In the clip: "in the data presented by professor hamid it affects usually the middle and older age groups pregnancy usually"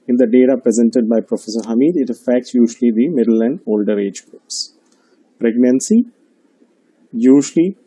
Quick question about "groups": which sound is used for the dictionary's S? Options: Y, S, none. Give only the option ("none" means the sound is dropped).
S